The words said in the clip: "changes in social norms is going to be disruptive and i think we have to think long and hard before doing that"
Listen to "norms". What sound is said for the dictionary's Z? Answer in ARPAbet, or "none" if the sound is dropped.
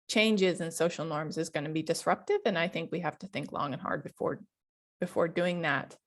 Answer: Z